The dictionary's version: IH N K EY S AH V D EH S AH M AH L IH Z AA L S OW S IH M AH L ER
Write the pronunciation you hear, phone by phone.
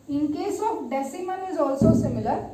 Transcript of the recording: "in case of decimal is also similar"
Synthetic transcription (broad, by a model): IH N K EY S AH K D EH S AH M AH N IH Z AA L S OW S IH M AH L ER